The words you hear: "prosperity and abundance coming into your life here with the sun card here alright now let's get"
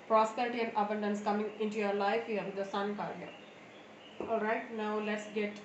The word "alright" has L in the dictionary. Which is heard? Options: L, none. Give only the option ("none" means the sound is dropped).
none